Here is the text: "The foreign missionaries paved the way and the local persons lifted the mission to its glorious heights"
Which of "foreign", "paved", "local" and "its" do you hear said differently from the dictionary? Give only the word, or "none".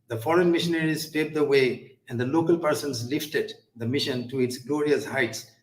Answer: paved